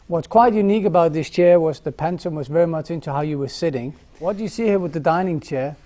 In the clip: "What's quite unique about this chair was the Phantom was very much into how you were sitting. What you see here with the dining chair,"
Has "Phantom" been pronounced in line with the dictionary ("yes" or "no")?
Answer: no